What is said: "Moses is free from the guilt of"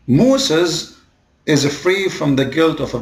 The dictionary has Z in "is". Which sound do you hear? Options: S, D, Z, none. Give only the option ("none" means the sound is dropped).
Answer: Z